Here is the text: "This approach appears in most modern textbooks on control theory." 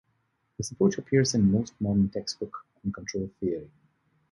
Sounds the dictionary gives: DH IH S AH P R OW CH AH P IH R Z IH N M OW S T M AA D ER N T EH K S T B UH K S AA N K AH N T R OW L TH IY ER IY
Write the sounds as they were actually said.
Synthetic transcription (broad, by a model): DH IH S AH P OW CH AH P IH R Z IH N M OW S T M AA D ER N T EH K S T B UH K AA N K AH N T R OW L TH IY ER IY